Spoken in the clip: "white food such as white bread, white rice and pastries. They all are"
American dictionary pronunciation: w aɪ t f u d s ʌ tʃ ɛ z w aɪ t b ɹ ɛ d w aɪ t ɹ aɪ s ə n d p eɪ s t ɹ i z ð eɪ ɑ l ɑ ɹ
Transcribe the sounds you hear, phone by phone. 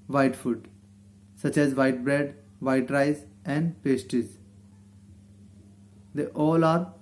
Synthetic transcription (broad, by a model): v aɪ t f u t s ʌ tʃ ɛ z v aɪ t b ɹ ɛ d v aɪ t ɹ aɪ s ə n d p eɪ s t i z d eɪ ɑ l ɑ ɹ